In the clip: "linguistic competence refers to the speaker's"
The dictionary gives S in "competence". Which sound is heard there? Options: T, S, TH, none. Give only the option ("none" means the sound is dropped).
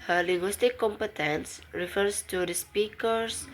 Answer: S